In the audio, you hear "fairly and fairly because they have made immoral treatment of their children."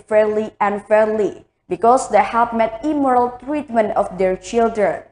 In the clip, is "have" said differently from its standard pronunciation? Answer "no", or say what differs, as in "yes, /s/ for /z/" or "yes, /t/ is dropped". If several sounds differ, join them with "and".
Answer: yes, /p/ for /v/